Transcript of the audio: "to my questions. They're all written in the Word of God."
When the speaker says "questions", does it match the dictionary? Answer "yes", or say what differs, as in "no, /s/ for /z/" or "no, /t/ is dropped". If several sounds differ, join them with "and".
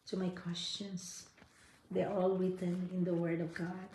no, /s/ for /z/